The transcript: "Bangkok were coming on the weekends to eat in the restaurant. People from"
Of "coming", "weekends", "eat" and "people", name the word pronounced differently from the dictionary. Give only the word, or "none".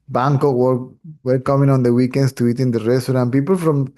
weekends